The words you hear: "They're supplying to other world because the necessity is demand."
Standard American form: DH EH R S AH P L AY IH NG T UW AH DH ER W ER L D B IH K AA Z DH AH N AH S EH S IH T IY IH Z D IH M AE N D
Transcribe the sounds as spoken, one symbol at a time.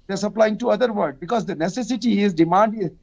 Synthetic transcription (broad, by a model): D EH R S AH P L AY IH NG T UW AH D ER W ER D B IH K AA Z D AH N AH S EH S IH T IY IH Z D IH M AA N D